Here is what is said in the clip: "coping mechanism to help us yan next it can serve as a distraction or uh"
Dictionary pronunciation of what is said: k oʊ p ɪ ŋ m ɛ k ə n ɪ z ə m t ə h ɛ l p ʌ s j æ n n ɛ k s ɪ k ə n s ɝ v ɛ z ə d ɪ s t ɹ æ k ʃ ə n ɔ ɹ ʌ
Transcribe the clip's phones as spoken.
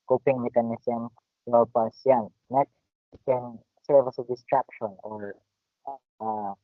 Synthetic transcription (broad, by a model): k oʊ p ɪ ŋ m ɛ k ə n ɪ s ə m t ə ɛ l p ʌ s j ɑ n n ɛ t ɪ k ə n s ɝ v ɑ s ə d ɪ s t ɹ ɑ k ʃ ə n ɔ ɹ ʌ